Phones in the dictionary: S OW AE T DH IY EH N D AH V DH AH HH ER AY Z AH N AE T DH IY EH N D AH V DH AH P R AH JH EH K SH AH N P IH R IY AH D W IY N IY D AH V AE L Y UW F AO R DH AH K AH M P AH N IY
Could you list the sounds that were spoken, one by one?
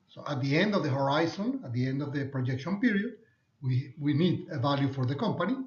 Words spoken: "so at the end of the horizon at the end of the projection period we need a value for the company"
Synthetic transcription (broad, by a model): S OW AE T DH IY EH N D AH V DH AH HH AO AY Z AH N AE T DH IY EH N D AH V DH AH P R AH JH EH K SH AH N P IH R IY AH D W IY N IY D AH V AE L Y UW F AO R DH AH K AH M P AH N IY